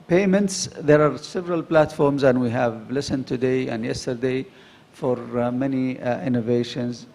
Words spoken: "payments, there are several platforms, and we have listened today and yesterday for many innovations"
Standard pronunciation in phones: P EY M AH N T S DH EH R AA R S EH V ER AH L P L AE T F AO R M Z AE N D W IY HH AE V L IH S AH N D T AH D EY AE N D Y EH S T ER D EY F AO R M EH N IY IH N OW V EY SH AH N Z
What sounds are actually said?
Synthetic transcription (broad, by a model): P EY M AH N T S DH EH R AA R S EH V ER AH L P L AE T F AO R M Z AE N D W IY HH AE V L IH S AH N D T AH D EY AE N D Y EH S T ER D EY F AO R M EH N IY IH N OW V EY SH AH N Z